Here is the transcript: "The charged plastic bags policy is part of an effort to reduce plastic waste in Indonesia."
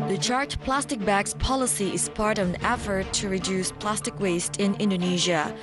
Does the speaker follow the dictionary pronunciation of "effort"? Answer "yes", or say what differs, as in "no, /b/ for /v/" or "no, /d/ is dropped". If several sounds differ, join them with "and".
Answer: yes